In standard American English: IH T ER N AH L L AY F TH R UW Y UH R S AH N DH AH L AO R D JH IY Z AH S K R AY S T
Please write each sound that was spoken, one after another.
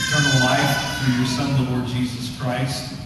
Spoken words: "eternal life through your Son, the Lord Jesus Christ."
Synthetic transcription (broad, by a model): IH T ER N L L AY F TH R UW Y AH R S AH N DH AH L AO R D JH IY Z AH S K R AY S T